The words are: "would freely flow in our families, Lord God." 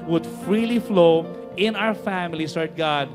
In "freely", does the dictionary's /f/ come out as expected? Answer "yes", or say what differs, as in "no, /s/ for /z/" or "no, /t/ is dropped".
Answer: yes